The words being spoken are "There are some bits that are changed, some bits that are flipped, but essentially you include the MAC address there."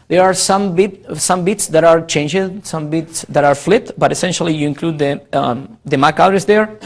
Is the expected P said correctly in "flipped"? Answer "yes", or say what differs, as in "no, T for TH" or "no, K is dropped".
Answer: no, P is dropped